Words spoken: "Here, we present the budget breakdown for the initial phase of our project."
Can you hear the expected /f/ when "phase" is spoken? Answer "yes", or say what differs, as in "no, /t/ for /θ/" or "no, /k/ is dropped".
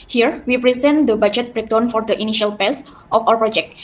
no, /p/ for /f/